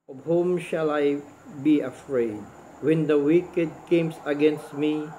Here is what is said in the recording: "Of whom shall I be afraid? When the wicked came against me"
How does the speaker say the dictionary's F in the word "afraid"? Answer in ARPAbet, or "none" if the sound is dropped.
F